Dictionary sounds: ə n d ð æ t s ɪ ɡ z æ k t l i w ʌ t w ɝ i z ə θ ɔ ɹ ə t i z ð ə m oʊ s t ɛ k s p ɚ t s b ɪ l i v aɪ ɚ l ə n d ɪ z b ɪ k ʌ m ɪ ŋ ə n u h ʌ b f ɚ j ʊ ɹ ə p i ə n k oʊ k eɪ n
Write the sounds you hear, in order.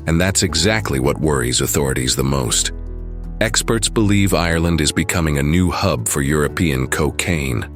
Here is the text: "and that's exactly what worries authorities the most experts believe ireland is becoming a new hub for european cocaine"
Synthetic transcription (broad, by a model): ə n ð æ t s ɪ ɡ z æ k t l i w ʌ t w ɝ i z ə θ ɔ ɹ ə t i z ð ə m oʊ s t ɛ k s p ɚ t s b ɪ l i v aɪ ɚ l ə n d ɪ z b ɪ k ʌ m ɪ ŋ ə n u h ʌ b f ɚ j ʊ ɹ ə p i ə n k oʊ k eɪ n